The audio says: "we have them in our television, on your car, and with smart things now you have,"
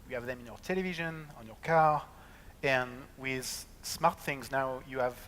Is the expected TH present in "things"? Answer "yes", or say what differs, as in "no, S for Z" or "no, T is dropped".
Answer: yes